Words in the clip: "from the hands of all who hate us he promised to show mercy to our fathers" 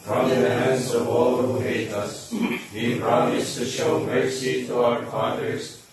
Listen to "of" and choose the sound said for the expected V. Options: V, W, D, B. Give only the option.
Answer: V